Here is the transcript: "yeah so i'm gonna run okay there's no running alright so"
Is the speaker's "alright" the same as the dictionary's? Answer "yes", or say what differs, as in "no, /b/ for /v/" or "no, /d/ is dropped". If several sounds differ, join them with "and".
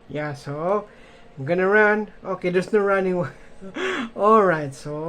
yes